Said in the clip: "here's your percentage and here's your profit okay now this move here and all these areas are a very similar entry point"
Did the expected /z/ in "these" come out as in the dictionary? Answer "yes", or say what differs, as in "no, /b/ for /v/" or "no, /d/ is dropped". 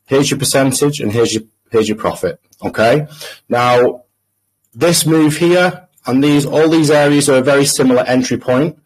yes